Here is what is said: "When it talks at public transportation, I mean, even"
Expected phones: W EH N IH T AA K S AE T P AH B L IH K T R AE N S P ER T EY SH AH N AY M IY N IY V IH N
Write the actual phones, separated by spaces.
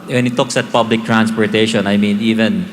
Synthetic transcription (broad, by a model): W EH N IH T AA K S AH T P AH B L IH K T R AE N S P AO T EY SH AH N AY M IY N IY V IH N